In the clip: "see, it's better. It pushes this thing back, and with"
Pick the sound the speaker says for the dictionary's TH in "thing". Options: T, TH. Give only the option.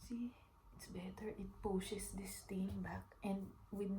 T